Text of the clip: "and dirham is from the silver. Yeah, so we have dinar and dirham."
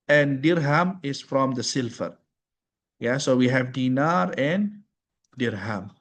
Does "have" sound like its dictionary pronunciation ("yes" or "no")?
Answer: yes